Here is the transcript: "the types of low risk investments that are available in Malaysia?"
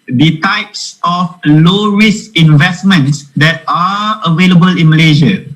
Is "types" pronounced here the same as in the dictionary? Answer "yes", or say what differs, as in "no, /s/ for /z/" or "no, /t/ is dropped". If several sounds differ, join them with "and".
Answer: yes